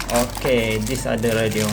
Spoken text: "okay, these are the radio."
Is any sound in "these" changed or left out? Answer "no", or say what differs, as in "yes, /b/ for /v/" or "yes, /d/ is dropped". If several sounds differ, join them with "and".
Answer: yes, /s/ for /z/